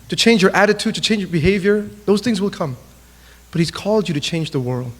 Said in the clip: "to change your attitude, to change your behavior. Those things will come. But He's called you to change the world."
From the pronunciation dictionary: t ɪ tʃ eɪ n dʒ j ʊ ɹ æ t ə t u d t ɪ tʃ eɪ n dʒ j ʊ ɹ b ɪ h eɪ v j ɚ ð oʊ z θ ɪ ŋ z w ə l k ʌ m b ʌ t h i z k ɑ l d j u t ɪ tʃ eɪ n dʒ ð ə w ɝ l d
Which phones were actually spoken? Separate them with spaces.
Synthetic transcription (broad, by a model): t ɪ tʃ eɪ n dʒ j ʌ ɹ æ t ə t u d t ɪ tʃ eɪ n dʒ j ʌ ɹ b ɪ h eɪ v j ɚ ð oʊ z θ ɪ ŋ z w ə l k ʌ m b ʌ t h i z k ɑ l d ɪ t ɪ tʃ eɪ n dʒ ð ə w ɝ l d